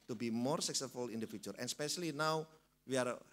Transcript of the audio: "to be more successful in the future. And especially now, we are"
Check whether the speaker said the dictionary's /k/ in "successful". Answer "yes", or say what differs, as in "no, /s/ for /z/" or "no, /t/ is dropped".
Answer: yes